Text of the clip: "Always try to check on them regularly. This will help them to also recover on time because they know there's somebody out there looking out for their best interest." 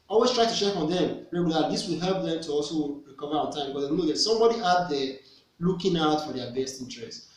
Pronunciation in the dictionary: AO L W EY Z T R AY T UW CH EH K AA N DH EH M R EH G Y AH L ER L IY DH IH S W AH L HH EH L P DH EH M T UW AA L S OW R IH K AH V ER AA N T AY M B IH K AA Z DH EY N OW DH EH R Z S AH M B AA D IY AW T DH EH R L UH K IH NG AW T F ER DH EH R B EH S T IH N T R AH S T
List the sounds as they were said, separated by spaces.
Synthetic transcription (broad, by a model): AO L W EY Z T R AY T UW SH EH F AA N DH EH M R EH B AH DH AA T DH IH S W AH L HH EH L P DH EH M T UW AA L S OW R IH K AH V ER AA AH T AY M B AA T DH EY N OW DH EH S AH M B AA D IY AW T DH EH L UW K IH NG AW T F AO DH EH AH B EH S T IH N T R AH S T